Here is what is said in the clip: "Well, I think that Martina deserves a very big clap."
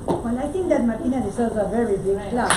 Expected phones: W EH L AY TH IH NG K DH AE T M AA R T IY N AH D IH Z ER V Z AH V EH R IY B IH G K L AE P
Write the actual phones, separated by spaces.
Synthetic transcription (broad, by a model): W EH L AY T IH NG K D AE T M AA R T IY N AH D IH S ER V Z AH V EH R IY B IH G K L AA